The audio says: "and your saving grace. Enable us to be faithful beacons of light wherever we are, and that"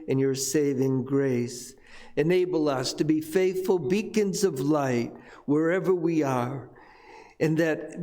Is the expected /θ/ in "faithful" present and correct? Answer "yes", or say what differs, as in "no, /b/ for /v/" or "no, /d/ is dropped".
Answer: yes